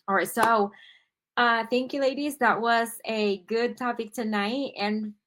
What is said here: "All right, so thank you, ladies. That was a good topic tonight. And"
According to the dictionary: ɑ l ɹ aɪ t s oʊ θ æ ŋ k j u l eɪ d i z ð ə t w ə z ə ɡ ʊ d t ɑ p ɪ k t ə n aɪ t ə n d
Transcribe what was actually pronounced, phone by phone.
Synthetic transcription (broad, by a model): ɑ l ɹ aɪ t s oʊ θ æ ŋ k j u l eɪ d i z ð ə t w ə z ə ɡ ʊ d t ɑ p ɪ k t ə n aɪ t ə n